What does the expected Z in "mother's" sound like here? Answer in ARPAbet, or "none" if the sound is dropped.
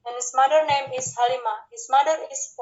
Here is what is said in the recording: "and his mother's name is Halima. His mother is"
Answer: none